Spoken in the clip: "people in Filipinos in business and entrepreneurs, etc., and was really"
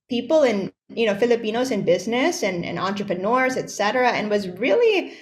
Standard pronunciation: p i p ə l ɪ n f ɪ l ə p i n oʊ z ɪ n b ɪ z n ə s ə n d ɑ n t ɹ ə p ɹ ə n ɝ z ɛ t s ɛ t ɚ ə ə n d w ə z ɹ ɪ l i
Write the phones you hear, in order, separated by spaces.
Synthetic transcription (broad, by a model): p i p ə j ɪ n f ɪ l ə p i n oʊ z ɪ n b ɪ z n ə s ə n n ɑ n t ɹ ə p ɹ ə n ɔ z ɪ t s ɛ t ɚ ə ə n w ə z ɹ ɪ l i